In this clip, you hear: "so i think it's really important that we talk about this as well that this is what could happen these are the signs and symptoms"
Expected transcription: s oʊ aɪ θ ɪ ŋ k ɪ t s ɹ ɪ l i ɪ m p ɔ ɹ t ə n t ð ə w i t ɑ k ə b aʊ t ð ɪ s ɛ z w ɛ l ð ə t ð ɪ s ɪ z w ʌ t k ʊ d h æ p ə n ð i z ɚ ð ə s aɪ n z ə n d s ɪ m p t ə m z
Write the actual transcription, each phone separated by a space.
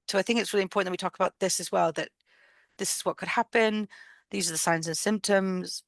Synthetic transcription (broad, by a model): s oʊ aɪ θ ɪ ŋ k ɪ t s ɹ ɪ l i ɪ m p ɔ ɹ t n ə w i t ɑ k ə b aʊ t ð ɪ s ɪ z w ɛ l ð ə t ð ɪ s ɪ z w ʌ t k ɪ d h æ p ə n ð i z ɚ ð ə s aɪ n z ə n s ɪ m p t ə m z